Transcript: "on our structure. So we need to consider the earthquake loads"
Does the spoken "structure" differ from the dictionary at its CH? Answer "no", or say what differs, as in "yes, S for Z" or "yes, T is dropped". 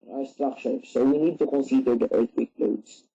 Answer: yes, SH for CH